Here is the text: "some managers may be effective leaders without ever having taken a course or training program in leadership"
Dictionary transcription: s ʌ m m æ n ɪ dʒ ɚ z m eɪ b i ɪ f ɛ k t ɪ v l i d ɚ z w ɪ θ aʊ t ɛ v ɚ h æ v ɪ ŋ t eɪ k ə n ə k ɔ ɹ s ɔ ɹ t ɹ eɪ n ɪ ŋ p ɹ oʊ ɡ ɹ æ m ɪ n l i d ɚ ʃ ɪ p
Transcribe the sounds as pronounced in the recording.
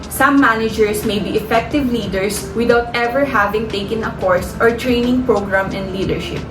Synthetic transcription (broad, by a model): s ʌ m m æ n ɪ dʒ ɚ s m eɪ b i ɪ f ɛ k t ɪ v l i d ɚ s w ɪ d aʊ t ɛ v ɚ h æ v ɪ ŋ t eɪ k ə n ə k ɔ ɹ s ɔ ɹ t ɹ eɪ n ɪ ŋ p ɹ oʊ ɡ ɹ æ m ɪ n l i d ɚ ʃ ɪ p